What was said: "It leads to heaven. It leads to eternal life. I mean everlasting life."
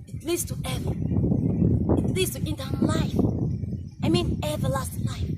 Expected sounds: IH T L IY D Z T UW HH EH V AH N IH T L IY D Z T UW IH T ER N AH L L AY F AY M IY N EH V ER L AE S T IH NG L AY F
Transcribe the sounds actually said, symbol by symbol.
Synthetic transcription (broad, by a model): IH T L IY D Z T UW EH V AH IH T L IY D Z T UW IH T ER N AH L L AY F AY M IY N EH V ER L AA S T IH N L AY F